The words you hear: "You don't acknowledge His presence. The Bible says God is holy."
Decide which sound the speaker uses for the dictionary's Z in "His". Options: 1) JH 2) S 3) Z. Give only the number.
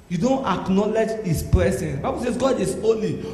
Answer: 2